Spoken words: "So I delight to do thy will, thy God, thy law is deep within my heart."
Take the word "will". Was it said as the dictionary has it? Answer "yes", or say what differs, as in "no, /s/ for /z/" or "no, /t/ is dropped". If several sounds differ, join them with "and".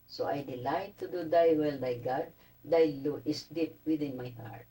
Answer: yes